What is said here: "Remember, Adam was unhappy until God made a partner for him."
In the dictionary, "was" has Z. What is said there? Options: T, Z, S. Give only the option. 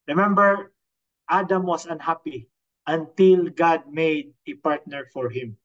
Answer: S